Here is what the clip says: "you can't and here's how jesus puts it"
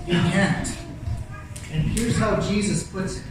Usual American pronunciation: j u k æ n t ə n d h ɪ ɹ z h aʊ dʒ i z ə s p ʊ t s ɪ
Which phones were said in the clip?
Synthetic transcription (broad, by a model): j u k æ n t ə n h ɪ ɹ z h aʊ dʒ i z ə s p ʊ t s